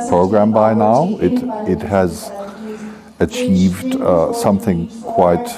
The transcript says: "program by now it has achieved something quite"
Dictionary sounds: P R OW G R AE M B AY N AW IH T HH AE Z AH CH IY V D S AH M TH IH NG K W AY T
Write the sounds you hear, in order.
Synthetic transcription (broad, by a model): P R OW G R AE M B AY N AW IH T HH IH Z AH CH IY V D S AH M TH IH NG K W AY T